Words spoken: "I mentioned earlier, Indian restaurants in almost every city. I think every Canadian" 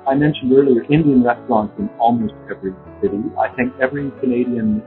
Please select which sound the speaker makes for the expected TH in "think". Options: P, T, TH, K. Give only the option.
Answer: TH